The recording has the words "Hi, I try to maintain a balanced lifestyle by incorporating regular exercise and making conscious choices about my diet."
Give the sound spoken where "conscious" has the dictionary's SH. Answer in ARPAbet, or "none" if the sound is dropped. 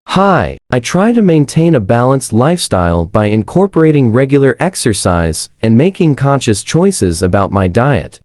SH